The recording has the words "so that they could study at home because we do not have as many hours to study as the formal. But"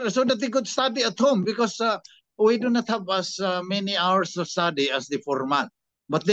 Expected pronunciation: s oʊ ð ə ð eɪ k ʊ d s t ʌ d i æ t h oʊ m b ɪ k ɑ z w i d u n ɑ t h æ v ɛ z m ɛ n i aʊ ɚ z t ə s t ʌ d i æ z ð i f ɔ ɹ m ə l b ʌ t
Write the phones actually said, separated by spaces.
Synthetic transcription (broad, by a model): s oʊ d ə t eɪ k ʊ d s t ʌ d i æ t h oʊ m b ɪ k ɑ s w i d u n ɑ t h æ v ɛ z m ɛ n i aʊ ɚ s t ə s t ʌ d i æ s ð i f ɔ ɹ m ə n b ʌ t